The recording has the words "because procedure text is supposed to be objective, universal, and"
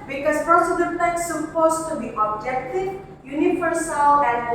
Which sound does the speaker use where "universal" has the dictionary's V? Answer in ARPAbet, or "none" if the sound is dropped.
F